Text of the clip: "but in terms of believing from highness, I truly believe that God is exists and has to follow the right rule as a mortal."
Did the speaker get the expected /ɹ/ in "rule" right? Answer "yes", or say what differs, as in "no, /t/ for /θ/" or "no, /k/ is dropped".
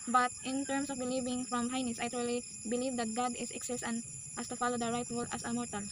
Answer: no, /w/ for /ɹ/